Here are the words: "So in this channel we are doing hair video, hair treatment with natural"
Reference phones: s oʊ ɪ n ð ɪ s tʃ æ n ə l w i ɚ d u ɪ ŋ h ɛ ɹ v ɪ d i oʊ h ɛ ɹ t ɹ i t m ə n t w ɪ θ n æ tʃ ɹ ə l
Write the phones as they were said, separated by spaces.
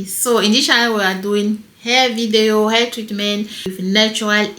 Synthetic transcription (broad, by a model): s oʊ ɪ n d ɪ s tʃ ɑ ə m w i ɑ d u ɪ ŋ h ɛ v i d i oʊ h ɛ t ɹ i t m ə n t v n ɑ tʃ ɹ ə l